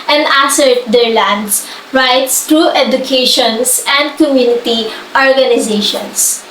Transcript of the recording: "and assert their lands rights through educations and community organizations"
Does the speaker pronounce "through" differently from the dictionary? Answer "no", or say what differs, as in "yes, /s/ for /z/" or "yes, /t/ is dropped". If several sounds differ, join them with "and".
yes, /t/ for /θ/